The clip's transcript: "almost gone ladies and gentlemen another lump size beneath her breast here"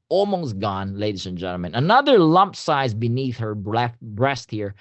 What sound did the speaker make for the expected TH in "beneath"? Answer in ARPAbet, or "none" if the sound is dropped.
TH